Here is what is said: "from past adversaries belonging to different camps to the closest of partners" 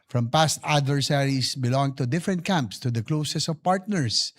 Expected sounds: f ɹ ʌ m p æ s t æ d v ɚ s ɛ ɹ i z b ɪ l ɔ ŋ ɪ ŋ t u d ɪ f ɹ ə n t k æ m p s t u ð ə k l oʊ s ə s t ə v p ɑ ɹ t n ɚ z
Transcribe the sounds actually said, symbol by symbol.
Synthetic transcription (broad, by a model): f ɹ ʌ m p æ s t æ d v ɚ s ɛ ɹ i s b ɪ l ɔ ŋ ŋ t u d ɪ f ɹ ə n t k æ m p s t u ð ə k l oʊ s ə s ə v p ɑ ɹ t n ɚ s